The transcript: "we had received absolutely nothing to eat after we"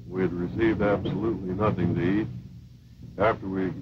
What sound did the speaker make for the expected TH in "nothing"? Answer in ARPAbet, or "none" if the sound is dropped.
TH